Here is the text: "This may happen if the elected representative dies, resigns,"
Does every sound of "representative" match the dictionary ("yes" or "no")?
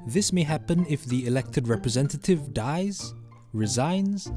yes